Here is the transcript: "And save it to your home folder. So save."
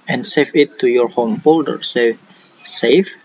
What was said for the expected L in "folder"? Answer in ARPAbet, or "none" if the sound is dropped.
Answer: L